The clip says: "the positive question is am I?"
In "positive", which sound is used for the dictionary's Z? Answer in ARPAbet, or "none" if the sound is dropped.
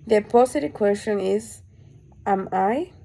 S